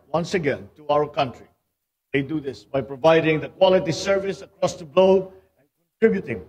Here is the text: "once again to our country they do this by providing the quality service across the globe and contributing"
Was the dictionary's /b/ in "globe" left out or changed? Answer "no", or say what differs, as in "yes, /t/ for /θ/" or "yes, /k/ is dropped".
yes, /b/ is dropped